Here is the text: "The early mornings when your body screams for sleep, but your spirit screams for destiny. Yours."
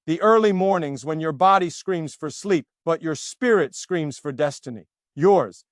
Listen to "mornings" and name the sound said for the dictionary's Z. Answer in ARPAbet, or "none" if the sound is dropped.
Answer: Z